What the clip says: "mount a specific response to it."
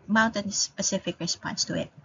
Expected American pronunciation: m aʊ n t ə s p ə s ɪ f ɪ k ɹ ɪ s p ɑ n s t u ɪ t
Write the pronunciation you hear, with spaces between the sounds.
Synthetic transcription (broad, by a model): m aʊ n t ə s p ə s ɪ f ɪ k ɹ ɪ s p ɑ n s t u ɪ t